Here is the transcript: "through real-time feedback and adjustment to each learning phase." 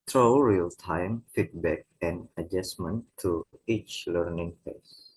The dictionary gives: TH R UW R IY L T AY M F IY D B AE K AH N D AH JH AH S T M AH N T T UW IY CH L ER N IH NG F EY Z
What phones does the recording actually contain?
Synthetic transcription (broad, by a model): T R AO R IY L T AY M F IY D B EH K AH N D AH JH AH S M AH N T T UW IY CH L ER N IH NG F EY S